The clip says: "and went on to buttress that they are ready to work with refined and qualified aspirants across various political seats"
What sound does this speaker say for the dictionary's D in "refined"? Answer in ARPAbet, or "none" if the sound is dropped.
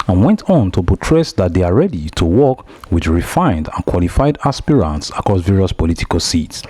D